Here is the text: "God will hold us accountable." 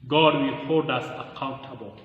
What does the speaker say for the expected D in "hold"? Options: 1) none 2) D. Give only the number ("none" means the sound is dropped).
2